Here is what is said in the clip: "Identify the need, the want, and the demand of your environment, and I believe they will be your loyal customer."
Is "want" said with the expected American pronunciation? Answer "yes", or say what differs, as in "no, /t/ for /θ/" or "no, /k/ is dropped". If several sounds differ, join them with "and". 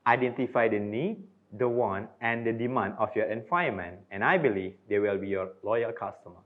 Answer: no, /t/ is dropped